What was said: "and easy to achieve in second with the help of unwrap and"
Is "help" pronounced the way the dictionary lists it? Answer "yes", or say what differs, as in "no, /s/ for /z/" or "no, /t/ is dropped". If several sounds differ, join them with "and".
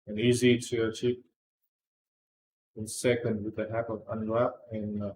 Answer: no, /l/ is dropped